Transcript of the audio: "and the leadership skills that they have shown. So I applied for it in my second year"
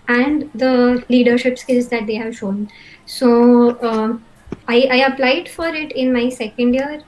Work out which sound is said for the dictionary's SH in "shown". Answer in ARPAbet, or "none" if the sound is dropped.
SH